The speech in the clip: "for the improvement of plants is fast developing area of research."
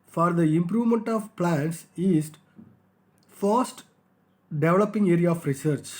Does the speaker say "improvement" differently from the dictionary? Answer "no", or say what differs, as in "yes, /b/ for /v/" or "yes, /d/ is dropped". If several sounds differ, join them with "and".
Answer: no